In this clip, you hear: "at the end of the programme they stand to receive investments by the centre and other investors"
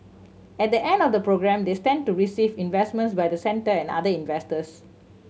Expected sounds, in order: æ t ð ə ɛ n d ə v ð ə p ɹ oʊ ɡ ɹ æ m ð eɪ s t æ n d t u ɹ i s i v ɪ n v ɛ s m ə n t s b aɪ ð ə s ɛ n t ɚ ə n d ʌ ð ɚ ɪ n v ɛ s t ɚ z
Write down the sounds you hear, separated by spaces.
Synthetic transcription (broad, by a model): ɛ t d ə ɛ n d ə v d ə p ɹ oʊ ɡ ɹ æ m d eɪ s t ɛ n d t u ɹ i s i v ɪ n v ɛ s m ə n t s b aɪ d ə s ɛ n t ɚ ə n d ʌ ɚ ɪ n v ɛ s t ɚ s